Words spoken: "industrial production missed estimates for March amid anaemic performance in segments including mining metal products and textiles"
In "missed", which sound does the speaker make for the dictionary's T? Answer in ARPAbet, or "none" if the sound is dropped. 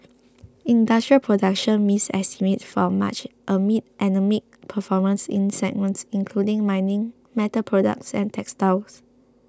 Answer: none